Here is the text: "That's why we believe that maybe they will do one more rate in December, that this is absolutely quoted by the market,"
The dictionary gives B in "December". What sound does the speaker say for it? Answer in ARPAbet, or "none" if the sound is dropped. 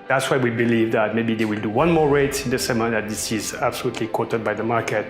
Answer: none